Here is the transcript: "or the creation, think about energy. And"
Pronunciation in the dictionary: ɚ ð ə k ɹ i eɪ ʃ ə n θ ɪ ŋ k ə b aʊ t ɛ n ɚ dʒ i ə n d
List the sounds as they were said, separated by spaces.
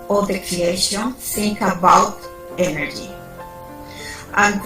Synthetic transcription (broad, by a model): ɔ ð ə k ɹ i eɪ ʃ ə n s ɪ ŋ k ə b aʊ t ɛ n ɚ dʒ i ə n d